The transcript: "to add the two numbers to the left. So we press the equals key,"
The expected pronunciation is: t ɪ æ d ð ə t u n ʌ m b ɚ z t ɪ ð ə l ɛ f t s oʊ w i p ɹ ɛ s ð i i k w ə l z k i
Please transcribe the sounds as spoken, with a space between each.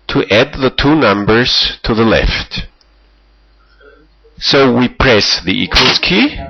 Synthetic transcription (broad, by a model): t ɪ æ d ð ə t u n ʌ m b ɚ z t ɪ ð ə l ɛ f t s oʊ w i p ɹ ɛ s ð i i k w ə l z k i